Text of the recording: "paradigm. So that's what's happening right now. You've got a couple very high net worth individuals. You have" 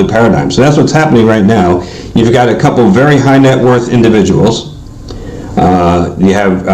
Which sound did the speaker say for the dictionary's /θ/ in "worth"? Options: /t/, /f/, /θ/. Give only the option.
/θ/